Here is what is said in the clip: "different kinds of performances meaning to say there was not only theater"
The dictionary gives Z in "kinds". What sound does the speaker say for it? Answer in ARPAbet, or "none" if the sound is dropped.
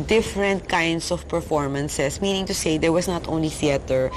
S